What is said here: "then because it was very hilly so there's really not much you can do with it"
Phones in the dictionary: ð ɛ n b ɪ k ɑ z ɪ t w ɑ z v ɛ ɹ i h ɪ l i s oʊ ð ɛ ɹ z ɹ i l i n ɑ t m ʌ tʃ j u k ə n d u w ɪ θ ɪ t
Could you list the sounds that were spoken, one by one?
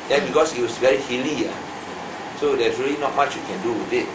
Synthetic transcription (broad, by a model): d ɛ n b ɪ k ɑ s ɪ t w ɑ s v ɛ ɹ i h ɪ l i s oʊ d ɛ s ɹ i l i n ɑ t m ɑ tʃ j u k ə n d u w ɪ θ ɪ t